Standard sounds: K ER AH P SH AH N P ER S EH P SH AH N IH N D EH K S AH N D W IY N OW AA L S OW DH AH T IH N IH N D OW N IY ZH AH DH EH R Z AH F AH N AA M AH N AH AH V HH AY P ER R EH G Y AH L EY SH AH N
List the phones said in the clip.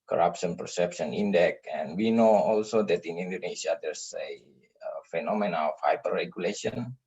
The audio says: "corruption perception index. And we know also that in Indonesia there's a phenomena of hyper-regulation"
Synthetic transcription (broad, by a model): K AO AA P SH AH N P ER S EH P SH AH N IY N D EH K AH N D W IY N OW AA L S OW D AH T IH N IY N D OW N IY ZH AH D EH R S AH F AH N AA M AH N AH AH F HH AY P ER R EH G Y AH L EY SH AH N